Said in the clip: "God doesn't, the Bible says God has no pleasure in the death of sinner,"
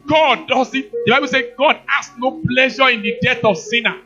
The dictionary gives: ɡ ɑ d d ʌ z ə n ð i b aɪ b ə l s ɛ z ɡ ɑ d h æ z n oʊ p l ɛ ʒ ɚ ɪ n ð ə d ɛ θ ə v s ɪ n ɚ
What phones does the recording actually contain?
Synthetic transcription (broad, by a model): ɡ ɑ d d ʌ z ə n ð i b aɪ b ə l s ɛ ɡ ɑ d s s n oʊ p l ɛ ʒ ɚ ɪ n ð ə d ɛ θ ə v s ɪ n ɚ